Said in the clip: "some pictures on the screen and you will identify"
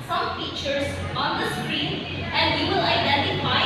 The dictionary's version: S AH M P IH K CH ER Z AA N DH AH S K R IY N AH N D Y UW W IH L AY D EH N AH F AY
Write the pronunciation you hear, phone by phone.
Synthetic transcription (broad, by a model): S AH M F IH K CH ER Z AA N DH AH S K R IY N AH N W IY W IH L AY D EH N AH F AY